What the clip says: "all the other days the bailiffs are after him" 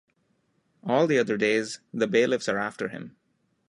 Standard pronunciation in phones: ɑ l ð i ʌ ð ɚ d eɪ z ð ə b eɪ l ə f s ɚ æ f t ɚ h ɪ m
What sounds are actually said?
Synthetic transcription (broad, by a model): ɑ l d i ʌ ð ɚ d eɪ z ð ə b eɪ l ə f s ɚ æ f t ɚ h ɪ m